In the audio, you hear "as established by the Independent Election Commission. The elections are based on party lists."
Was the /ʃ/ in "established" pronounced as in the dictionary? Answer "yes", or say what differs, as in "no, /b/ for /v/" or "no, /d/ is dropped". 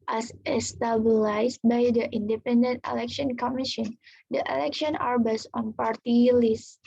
no, /s/ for /ʃ/